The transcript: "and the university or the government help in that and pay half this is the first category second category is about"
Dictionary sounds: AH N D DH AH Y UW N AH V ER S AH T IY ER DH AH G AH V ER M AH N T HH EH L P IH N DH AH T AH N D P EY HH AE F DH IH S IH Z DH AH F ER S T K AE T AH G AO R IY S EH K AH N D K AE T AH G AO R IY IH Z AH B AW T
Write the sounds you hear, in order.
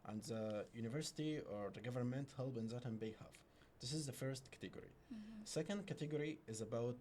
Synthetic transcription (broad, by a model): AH N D DH AH Y UW N AH V ER S AH T IY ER DH AH G AH V ER M AH N T HH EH L B IH N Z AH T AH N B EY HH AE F DH IH S IH Z DH AH F ER S T K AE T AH G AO R IY S EH K AH N D K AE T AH G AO R IY IH Z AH B AW T